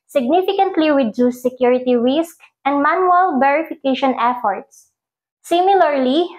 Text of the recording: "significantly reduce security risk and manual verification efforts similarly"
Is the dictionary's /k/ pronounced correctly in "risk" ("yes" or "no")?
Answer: yes